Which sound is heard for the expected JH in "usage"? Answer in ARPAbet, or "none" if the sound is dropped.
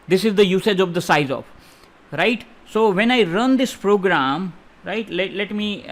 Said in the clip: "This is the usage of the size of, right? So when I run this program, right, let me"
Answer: JH